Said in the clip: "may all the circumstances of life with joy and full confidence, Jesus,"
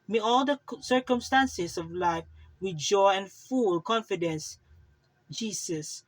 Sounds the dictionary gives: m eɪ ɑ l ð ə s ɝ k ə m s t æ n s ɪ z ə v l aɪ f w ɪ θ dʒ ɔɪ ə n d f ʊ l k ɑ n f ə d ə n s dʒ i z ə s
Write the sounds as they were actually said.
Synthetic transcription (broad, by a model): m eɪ ɑ l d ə s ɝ k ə m s t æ n s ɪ s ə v l aɪ f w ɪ dʒ ɔɪ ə n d f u l k ɑ n f ə d ə n s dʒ i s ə s